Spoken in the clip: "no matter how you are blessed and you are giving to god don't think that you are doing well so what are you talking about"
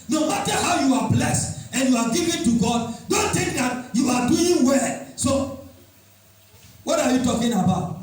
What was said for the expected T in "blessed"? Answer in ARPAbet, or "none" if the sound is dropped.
T